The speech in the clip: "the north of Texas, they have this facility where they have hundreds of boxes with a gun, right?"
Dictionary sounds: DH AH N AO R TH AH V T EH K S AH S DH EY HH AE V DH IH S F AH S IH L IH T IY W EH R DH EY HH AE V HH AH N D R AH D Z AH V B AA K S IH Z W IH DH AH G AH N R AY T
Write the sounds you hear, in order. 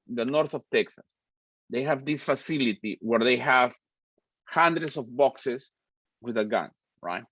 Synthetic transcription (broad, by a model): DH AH N AO R TH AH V T EH K S AH S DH EY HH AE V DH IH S F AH S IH L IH T IY W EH R DH EY HH AE V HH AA N D R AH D S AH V B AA K S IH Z W IH DH AH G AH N R AY T